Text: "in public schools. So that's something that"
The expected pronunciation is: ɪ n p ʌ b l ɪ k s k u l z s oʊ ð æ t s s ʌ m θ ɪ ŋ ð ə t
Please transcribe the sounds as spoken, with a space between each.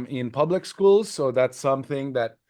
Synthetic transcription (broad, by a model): ɪ n p ʌ b l ɪ k s k u l z s oʊ ð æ t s s ʌ m θ ɪ ŋ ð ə t